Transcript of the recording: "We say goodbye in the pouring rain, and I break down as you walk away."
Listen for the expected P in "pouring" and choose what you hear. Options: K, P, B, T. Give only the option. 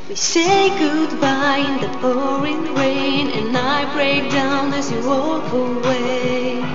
B